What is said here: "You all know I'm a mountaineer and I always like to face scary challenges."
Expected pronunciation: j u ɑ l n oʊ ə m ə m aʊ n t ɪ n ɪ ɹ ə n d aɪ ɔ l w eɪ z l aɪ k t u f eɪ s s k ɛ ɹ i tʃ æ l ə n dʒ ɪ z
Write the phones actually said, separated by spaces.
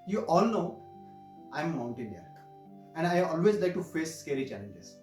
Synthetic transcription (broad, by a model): j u ɑ l n oʊ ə ə m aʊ n t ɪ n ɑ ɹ ə n d aɪ ɔ l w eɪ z l aɪ k t u f eɪ s s k ɛ ɹ i tʃ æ l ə n dʒ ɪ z